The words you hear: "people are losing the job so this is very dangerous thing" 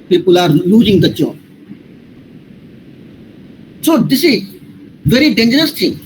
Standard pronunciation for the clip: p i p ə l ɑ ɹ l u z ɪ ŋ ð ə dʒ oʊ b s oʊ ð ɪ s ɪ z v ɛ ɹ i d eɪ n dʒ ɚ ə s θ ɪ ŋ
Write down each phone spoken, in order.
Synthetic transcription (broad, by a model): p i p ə l ɑ ɹ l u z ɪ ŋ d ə tʃ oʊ s oʊ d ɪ s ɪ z v ɛ ɹ i d eɪ n dʒ ɚ ə s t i